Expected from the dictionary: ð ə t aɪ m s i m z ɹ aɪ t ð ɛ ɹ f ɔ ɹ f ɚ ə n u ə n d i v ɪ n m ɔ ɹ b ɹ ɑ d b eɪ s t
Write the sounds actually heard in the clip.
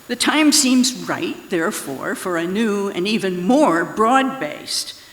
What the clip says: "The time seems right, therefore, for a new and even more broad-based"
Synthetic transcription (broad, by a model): ð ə t aɪ m s i m z ɹ aɪ t ð ɛ ɹ f ɔ ɹ f ɚ ə n u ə n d i v ɪ n m ɔ ɹ b ɹ ɑ d b eɪ s t